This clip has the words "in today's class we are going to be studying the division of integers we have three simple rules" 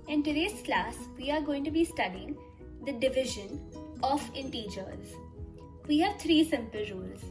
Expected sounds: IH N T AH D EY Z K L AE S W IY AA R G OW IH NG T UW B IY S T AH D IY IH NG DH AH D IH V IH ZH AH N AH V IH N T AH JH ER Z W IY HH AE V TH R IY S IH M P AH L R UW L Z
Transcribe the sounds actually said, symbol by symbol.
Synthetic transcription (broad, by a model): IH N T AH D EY S K L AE S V IY AA R G OW IH NG T UW B IY S T AH D IY IH NG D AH D IH V IH ZH AH N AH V IH N T AH JH ER Z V IY HH AE V T R IY S IH M P AH L R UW L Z